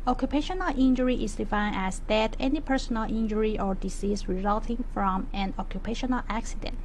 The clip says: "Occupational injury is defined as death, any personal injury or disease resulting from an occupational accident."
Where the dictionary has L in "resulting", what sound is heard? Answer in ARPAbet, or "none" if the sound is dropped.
L